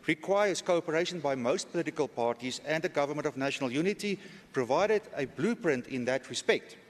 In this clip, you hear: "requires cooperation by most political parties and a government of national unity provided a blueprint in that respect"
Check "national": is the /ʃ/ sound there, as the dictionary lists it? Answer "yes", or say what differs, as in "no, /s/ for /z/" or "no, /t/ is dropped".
yes